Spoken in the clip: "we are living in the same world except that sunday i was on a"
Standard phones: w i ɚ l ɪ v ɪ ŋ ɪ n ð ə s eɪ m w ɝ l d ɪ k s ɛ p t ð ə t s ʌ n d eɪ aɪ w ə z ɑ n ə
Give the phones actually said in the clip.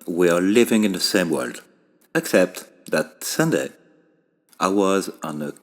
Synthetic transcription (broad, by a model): w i ɚ l ɪ v ɪ ŋ ɪ n ð ə s eɪ m w ɝ l d ɪ k s ɛ p t ð ə t s ʌ n d eɪ aɪ w ə z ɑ n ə